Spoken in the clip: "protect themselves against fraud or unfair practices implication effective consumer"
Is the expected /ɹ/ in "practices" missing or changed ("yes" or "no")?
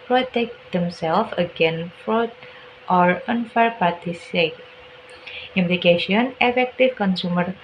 yes